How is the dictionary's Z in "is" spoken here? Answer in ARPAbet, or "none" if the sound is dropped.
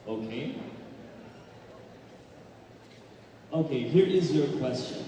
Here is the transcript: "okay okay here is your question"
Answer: Z